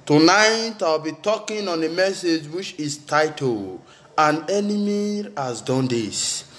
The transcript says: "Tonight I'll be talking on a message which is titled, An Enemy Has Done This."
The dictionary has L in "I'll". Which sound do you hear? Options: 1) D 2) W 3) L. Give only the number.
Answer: 2